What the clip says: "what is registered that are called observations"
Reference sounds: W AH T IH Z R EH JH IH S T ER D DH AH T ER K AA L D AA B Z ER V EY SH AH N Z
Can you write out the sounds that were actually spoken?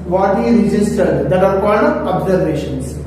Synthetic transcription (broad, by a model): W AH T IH R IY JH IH S T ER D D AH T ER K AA D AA B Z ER V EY SH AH N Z